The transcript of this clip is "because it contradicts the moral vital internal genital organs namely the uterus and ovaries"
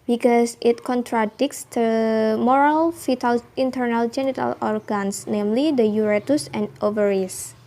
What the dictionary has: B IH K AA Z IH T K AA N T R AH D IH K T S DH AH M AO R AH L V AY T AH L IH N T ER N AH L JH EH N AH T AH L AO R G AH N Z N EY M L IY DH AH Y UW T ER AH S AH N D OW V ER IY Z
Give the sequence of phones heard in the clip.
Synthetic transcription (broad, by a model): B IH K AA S IH T K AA N T R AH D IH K S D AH M AO R AH L F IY T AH L IH N T ER N AH L JH EH N AH T AH L AO R G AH N S N EY M L IY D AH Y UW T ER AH S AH N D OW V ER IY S